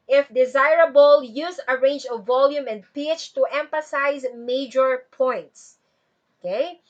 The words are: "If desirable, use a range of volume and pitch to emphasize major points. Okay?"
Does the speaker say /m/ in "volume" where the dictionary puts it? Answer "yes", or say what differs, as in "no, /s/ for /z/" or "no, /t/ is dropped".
yes